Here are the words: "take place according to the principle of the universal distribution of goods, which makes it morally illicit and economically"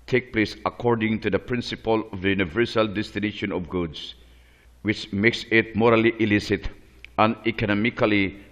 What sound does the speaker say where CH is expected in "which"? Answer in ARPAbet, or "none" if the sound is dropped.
CH